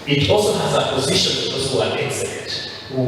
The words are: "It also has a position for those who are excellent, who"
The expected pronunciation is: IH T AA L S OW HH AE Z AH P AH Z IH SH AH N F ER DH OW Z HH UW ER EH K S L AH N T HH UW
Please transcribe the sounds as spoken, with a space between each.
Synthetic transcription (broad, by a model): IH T AA L S OW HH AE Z AH P AH Z IH SH AH N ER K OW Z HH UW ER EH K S AH T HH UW